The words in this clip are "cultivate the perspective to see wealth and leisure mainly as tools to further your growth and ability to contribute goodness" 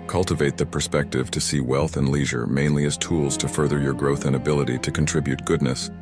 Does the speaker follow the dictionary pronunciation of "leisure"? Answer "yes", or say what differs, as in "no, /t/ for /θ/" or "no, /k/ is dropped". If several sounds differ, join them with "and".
yes